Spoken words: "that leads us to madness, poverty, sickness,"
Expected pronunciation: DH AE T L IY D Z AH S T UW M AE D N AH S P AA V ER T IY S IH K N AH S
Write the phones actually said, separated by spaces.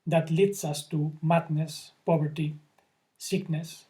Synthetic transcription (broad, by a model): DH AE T L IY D S AH S T UW M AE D N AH S P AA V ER T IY S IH K N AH S